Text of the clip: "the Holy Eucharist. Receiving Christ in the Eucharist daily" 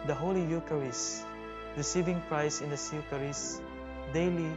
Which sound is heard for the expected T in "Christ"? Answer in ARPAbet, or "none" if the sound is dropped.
none